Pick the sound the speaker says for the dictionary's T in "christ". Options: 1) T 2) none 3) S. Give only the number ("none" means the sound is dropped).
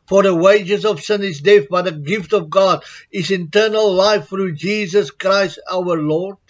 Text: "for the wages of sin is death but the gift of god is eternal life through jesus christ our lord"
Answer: 1